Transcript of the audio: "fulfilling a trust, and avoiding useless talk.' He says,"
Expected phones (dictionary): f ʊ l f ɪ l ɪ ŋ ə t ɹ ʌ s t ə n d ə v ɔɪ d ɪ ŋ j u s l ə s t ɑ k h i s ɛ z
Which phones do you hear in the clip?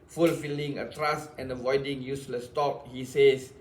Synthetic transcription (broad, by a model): f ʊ l f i l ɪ ŋ ə t ɹ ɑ s t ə n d ə v ɔɪ d ɪ ŋ j u s l ə s t ɑ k h i s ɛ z